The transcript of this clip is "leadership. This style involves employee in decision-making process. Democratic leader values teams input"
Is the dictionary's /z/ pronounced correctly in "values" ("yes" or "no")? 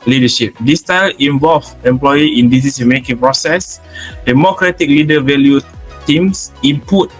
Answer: no